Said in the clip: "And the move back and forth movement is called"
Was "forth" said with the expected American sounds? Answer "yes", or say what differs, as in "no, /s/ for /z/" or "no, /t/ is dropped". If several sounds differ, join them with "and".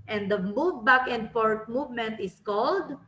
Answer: no, /t/ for /θ/